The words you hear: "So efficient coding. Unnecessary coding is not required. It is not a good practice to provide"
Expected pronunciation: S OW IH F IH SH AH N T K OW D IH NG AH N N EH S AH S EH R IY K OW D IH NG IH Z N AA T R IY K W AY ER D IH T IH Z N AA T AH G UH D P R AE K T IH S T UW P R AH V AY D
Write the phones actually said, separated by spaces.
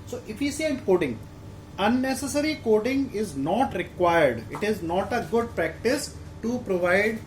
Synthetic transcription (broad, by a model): S OW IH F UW S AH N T K OW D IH NG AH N N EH S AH S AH R IY K OW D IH NG IH Z N AA T R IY K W AY ER D IH T IH Z N AA T AH G UH D P R AE K T IH S T UW P R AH V AY D